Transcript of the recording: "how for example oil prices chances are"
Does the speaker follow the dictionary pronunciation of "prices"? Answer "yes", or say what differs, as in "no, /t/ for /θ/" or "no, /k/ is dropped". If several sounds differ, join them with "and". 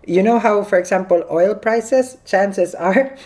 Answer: no, /s/ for /z/